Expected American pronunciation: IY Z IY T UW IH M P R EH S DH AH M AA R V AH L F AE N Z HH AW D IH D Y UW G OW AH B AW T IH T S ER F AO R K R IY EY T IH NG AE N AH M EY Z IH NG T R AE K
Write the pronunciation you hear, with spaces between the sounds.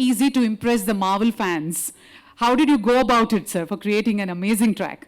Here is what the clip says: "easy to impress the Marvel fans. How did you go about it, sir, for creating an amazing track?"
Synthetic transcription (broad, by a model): IY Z IY T UW IH M P R EH S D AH M AA R V AH L F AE N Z HH AW D IH D Y UW G OW AH B AW T IH T S ER F AO R K R IY EY T IH NG AE N AH M EY Z IH NG T R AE K